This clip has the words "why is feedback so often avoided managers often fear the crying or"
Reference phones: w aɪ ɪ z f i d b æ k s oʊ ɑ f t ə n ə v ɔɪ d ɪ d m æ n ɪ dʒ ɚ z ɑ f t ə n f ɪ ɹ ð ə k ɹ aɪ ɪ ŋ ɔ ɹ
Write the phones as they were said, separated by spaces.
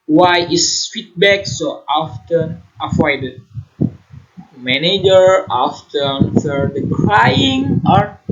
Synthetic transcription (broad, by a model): w aɪ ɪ s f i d b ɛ k s oʊ ɑ f t ə n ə f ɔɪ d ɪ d m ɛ n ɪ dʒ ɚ ɑ f t ə n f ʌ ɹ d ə k ɹ aɪ ɪ ŋ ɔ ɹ